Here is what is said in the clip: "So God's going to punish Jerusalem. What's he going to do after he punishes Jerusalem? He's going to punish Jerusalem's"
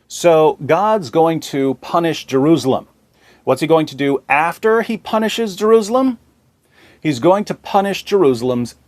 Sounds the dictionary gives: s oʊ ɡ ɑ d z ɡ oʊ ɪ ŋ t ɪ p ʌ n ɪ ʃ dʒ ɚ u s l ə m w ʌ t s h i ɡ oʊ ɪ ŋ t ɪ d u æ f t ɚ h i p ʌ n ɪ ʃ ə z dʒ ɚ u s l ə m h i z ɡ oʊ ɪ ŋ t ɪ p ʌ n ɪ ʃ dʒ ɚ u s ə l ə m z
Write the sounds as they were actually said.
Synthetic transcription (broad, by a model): s oʊ ɡ ɑ d z ɡ oʊ ɪ ŋ t ɪ p ʌ n ɪ ʃ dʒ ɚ u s l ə m w ʌ t s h i ɡ oʊ ɪ ŋ t ɪ d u æ f t ɚ i p ʌ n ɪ ʃ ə z dʒ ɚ u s l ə m h i z ɡ oʊ ɪ ŋ t ɪ p ʌ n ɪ ʃ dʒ ɚ u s l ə m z